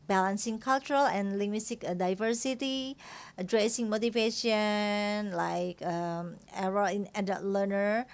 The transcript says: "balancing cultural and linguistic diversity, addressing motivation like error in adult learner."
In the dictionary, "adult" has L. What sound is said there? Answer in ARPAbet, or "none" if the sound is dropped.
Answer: none